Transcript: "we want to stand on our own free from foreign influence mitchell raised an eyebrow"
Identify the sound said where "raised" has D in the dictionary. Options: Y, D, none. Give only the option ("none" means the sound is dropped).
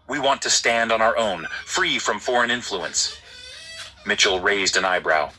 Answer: D